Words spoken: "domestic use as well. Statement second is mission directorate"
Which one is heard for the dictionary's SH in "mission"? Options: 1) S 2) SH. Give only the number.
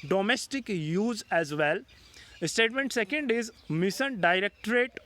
1